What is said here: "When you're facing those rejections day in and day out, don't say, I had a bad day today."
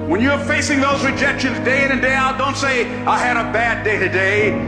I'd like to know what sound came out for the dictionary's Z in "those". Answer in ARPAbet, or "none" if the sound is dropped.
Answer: Z